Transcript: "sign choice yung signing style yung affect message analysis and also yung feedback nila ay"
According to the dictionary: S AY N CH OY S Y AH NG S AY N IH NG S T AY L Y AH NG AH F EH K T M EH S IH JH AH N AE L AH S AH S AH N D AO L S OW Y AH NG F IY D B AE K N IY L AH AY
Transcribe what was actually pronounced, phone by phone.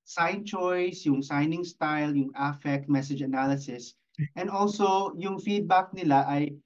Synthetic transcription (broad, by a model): S AY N CH OY S Y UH NG S AY N IH NG S T AY L Y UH NG AH F EH K T M EH S IH JH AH N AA L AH S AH S AH N D AO L S OW Y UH NG F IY D B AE K N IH L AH AY